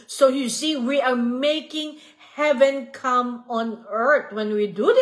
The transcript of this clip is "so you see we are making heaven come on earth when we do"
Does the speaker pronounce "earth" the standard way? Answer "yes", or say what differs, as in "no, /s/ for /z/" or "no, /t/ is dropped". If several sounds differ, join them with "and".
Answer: no, /t/ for /θ/